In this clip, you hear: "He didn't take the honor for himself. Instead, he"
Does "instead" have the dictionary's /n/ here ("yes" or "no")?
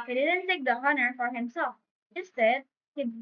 no